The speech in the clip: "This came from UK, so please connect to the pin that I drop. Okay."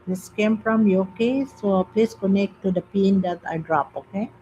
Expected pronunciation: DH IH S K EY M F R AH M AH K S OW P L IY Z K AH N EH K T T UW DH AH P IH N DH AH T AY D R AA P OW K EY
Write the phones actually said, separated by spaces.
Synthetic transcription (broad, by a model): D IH S K EY M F R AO M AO K S OW P L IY S K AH N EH K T T UW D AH P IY N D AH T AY D R AA P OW K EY